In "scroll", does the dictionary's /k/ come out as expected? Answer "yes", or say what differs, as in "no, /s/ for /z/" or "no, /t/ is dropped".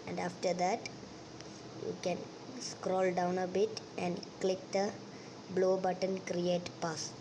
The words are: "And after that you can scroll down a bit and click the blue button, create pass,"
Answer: yes